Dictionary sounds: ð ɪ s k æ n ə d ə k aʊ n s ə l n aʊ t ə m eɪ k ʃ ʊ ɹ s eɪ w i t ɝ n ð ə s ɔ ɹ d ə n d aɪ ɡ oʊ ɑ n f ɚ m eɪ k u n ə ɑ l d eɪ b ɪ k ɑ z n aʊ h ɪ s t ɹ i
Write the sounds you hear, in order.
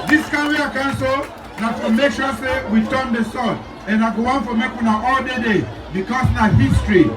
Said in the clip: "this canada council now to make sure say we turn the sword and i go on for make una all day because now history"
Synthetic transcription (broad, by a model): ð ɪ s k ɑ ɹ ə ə k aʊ n s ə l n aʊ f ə m eɪ k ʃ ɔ s eɪ w i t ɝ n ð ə s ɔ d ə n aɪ ɡ oʊ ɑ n f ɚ m eɪ k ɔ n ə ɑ l d eɪ b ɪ k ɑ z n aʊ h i s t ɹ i